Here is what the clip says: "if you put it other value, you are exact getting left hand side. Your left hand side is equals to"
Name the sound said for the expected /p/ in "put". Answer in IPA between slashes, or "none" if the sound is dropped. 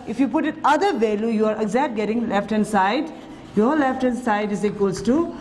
/p/